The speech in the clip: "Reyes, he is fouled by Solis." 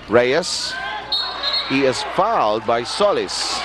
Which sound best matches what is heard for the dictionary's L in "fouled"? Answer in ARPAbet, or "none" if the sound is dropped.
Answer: L